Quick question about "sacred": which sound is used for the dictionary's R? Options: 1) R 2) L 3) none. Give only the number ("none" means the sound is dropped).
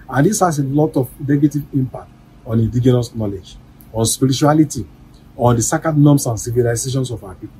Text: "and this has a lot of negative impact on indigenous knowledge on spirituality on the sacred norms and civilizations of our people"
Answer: 3